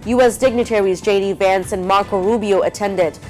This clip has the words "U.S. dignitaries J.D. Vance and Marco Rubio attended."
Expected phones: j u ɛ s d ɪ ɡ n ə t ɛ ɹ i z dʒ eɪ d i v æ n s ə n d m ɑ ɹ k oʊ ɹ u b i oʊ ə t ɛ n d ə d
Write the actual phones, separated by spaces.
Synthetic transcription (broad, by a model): j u ɛ s d ɪ ɡ n ə t ɛ ɹ i z dʒ eɪ d i v æ n s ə n m ɑ ɹ k oʊ ɹ u b i oʊ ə t ɛ n d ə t